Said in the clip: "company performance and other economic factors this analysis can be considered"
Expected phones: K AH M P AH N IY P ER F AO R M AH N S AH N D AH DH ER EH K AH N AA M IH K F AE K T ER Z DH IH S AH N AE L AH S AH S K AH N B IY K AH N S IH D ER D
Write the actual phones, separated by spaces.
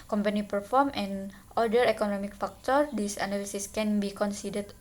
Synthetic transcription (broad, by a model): K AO M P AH N IY P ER F AO R M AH N AH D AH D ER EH K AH N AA M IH K F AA K T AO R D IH S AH N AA L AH S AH S K AH N B IY K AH N S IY D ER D